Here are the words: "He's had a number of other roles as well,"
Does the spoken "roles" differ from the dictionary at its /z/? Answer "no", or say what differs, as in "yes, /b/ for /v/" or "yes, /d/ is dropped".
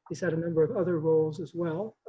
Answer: no